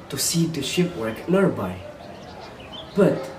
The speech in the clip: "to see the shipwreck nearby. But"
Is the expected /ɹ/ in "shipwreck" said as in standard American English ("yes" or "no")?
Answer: no